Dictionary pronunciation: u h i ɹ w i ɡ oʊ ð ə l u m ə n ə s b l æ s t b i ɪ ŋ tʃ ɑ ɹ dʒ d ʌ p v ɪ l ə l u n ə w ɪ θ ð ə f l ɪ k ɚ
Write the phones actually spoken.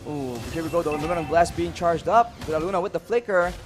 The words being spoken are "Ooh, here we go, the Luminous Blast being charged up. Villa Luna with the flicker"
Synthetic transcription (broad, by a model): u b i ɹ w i ɡ oʊ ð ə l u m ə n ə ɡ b l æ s b i ɪ ŋ tʃ ɑ ɹ dʒ d ʌ p b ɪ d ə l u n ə w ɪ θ ð ə f l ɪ k ɚ